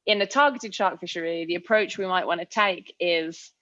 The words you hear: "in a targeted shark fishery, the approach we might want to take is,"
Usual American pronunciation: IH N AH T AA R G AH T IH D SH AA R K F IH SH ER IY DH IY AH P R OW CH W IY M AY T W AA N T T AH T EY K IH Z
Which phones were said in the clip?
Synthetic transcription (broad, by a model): IH N AH T AA G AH T IH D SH AA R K F IH SH ER IY DH IY AH P R OW CH W IY M AY T W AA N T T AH T EY K IH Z